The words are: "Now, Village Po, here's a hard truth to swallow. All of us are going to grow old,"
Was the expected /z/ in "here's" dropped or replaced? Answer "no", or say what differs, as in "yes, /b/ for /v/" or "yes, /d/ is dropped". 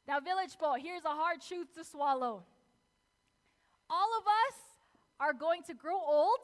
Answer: no